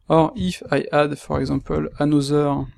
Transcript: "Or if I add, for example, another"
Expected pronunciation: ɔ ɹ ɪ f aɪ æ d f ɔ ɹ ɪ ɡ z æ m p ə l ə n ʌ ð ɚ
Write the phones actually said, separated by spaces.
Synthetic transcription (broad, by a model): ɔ ɹ ɪ f aɪ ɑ d f ɔ ɹ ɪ ɡ z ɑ p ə l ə n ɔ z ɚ